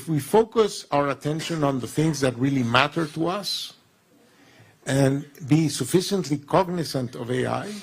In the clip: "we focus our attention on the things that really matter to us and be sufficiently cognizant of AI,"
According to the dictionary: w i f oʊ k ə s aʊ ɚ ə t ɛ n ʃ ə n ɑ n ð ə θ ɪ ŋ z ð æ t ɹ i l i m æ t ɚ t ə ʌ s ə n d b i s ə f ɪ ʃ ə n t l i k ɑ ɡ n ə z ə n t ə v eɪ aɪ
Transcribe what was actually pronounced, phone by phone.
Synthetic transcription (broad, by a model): w i f oʊ k ə s aʊ ɚ ə t ɛ n ʃ ə n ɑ n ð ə θ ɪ ŋ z ð æ t ɹ i l i m æ t ɚ t ə ʌ s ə n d b i s ə f ɪ ʃ ə n t l i k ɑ ɡ n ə s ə n t ə v eɪ aɪ